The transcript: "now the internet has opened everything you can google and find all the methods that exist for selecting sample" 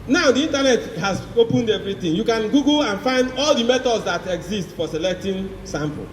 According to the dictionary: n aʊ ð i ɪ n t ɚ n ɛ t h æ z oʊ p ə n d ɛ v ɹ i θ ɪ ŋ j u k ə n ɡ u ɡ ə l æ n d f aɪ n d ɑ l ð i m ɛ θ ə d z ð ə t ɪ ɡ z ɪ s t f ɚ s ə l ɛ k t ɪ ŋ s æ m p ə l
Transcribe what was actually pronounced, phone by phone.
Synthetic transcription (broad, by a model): n aʊ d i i n t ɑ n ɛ t h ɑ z oʊ p ə n d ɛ v ɹ i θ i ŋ j u k ə n ɡ u ɡ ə n f aɪ n d ɑ l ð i m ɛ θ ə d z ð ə t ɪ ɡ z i s t f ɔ s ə l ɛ k t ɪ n s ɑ m p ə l